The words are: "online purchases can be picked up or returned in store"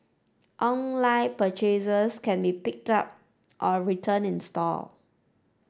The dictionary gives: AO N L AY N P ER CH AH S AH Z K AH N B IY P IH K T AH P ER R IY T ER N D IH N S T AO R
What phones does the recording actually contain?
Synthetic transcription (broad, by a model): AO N L AY P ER CH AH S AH S K AH N B IY P IH K T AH P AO R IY T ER N IH N S T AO L